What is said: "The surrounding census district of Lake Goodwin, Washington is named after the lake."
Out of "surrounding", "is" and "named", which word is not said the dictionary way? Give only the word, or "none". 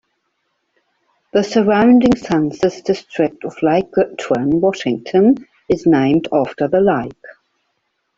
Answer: none